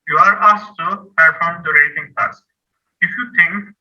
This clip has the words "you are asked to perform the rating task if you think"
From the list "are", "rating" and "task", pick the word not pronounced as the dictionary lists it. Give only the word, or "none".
task